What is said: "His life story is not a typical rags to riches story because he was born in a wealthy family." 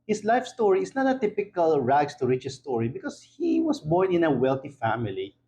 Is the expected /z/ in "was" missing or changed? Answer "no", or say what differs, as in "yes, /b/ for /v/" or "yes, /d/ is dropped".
yes, /s/ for /z/